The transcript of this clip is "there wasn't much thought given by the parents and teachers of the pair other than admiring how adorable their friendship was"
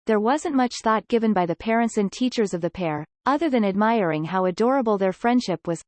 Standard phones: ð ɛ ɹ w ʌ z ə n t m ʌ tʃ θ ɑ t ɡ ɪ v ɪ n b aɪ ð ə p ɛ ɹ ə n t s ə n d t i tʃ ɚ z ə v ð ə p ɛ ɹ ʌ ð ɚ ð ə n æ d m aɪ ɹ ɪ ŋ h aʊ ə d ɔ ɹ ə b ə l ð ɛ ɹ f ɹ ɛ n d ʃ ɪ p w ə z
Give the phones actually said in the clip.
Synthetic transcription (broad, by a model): ð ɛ ɹ w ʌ z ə n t m ʌ tʃ θ ɑ t ɡ ɪ v ɪ n b aɪ ð ə p ɛ ɹ ə n t s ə n t i tʃ ɚ z ə v ð ə p ɛ ɹ ʌ ð ɚ ð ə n æ d m aɪ ɹ ɪ ŋ h aʊ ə d ɔ ɹ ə b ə l ð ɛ ɹ f ɹ ɛ n d ʃ ɪ p w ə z